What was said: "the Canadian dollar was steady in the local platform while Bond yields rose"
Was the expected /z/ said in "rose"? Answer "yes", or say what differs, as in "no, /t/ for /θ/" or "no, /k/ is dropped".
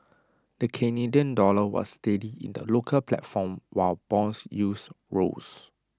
no, /s/ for /z/